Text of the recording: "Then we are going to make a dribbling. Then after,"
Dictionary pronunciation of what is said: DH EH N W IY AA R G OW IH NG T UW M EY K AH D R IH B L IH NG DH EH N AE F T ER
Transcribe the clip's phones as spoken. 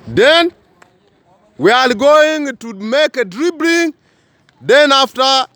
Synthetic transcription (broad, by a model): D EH N W IY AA L G OW IH NG T UW M EY K AH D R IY B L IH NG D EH N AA F T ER